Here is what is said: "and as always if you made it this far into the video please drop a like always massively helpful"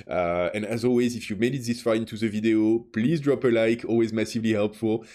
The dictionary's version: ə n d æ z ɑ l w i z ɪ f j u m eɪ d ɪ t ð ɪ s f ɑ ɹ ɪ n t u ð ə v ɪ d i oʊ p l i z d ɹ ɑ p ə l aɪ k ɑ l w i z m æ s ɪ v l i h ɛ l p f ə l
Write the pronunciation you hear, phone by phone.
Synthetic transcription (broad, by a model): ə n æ z ɑ l w i z ɪ f j u m eɪ d ɪ t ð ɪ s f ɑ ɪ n t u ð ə v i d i oʊ p l i z d ɹ ɑ p ə l aɪ k ɑ l w i z m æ s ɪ v l i h ɛ l p f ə l